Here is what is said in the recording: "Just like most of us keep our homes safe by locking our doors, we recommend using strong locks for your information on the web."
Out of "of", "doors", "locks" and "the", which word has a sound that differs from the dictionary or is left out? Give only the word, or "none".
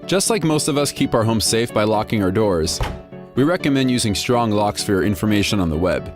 none